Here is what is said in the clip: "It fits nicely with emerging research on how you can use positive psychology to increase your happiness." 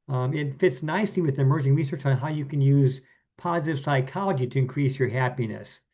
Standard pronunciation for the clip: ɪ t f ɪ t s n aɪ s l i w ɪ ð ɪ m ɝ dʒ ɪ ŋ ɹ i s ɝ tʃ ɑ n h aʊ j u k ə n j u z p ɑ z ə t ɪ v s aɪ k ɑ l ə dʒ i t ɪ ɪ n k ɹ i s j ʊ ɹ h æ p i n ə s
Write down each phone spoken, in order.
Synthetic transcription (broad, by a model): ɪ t f ɪ t s n aɪ s i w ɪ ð ɪ m ɝ dʒ ɪ ŋ ɹ i s ɝ tʃ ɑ n h aʊ j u k ə n j u z p ɑ z ə t ɪ v s aɪ k ɑ l ə dʒ i t ɪ ɪ n k ɹ i s j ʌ ɹ h æ p i n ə s